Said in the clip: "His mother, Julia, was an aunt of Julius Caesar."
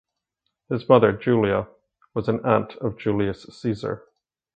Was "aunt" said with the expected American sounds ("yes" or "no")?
yes